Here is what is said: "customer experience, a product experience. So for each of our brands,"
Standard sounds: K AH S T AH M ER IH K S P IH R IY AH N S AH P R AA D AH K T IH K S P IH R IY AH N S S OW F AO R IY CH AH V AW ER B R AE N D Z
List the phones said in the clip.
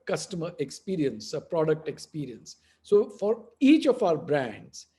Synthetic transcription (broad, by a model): K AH S T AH M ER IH K S P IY R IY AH N S AH P R AA D AH K T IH K S P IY R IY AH N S S OW F AO R IY CH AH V AW ER B R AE N D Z